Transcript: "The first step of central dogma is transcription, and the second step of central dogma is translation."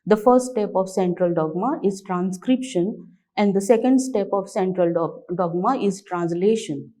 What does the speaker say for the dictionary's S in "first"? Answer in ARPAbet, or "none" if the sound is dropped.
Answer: none